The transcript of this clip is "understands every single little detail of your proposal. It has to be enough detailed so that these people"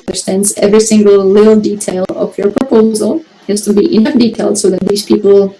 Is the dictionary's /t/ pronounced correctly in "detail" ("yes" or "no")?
yes